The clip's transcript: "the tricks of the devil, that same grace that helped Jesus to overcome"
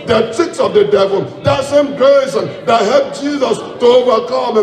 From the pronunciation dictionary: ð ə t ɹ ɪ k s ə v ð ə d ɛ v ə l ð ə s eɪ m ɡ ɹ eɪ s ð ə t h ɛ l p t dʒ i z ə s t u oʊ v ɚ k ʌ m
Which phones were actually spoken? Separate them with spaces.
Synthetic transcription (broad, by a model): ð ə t ɪ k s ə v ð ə d ɛ v ə l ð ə s eɪ m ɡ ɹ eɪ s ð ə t h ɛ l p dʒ i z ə s t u oʊ v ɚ k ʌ m